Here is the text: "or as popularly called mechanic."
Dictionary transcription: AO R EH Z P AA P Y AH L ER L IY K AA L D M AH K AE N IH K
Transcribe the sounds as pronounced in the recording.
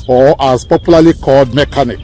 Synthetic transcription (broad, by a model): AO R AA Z P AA P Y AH L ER L IY K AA D M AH K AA N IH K